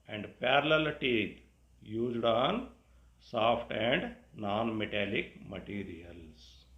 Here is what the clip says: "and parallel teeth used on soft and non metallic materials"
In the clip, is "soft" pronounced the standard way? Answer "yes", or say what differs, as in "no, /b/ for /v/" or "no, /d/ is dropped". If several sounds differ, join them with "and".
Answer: no, /p/ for /f/